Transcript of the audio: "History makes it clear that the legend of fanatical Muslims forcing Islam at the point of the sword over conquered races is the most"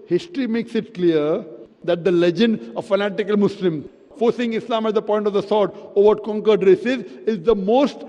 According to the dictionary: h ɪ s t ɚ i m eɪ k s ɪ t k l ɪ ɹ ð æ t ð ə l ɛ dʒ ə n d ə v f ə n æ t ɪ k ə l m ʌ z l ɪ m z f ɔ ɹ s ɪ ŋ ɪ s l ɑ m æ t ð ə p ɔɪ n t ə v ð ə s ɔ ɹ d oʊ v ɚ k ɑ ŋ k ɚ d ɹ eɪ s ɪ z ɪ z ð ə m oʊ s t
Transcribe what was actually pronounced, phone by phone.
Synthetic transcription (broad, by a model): h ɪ s t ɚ i m eɪ k s ɪ t k l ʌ ɹ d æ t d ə l ɛ dʒ ə n d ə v f ə n æ t ɪ k ə l m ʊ s l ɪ m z f ɔ ɹ s ɪ ŋ ɪ s l ɑ m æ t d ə p ɔɪ n t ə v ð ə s ɔ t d oʊ v ɚ k ɑ ŋ k ɚ d ɹ eɪ s ɪ z ɪ z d ə m oʊ s t